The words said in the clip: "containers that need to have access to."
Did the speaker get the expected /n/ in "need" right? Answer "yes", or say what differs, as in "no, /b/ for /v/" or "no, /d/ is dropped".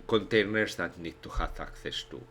yes